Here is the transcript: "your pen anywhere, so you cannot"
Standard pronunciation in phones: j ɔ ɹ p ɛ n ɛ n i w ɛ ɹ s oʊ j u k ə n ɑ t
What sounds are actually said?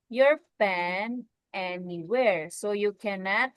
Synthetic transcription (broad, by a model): j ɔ ɹ f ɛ n ɛ n i w ɛ ɹ s oʊ j u k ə n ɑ t